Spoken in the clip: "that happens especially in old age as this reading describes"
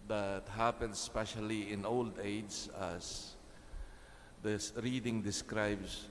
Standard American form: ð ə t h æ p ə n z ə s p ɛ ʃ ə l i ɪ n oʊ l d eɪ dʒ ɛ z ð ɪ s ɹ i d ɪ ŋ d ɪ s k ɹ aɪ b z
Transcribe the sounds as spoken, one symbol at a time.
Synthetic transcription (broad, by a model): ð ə t h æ p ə n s p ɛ ʃ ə l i ɪ n oʊ l d eɪ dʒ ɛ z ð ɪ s ɹ i d ɪ ŋ d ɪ s k ɹ aɪ b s